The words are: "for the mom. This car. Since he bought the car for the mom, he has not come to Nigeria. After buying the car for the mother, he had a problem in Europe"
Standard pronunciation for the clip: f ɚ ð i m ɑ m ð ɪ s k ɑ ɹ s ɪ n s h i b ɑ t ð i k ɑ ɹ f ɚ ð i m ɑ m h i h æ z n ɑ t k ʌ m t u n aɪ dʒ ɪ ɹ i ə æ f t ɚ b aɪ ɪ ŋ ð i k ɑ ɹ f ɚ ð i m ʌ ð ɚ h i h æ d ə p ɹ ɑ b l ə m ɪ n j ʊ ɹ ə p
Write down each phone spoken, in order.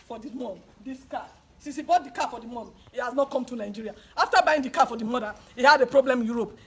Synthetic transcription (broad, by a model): f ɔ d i m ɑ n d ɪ s k ɑ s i s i b ɑ t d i k ɑ f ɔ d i m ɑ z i h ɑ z n ɑ t k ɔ m t u n aɪ dʒ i ɹ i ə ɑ f t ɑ b aɪ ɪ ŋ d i k ɑ f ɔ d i m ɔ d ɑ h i h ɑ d ə p ɹ ɑ b l ə m ɪ n j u ɹ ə p